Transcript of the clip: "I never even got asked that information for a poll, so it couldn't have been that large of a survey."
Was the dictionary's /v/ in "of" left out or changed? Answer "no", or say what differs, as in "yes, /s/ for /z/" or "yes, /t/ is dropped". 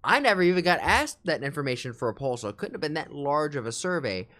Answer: no